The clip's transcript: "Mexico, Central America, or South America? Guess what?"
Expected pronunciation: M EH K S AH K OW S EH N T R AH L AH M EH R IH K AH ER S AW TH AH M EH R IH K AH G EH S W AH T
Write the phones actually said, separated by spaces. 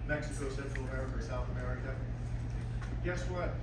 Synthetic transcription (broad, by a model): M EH K S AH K OW S EH N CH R L AH M EH R IH K AH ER S AW TH AH M EH R IH K AH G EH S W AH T